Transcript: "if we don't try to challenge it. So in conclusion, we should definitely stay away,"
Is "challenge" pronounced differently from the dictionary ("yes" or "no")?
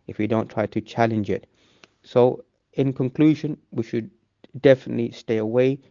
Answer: no